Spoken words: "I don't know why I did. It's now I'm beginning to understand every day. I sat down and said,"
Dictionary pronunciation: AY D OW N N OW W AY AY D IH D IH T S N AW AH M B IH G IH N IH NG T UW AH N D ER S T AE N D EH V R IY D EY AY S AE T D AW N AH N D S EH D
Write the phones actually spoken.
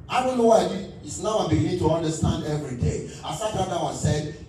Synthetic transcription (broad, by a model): AY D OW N N OW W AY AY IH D IH T S N AW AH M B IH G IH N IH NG T UW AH N D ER S T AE N D EH V R IY D EY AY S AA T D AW AH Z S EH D